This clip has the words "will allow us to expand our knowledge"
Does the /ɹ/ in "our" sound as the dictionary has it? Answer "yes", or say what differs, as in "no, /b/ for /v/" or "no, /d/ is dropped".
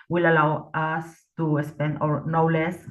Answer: yes